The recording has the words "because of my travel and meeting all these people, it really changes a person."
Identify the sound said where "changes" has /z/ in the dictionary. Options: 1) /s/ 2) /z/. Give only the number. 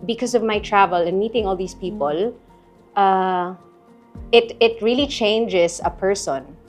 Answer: 1